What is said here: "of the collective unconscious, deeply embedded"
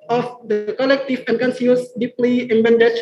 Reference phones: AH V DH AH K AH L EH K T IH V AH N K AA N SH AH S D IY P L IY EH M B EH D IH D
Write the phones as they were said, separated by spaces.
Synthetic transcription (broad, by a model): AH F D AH K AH L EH K T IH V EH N K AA N S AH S D IY P L IY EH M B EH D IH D